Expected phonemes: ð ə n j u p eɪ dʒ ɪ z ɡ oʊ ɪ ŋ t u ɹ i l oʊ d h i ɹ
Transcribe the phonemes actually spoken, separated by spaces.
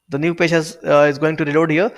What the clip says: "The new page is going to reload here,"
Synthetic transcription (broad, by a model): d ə n j u p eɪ z ɪ z ɡ oʊ ɪ ŋ t u ɹ i l oʊ d h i ɹ